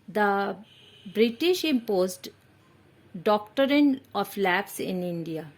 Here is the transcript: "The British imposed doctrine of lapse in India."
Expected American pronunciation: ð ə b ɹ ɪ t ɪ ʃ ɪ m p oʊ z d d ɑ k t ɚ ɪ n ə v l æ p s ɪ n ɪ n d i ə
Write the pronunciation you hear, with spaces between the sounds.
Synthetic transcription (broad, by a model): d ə b ɹ ɪ t ɪ ʃ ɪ m p oʊ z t d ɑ k t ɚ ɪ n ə f l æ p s ɪ n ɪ n d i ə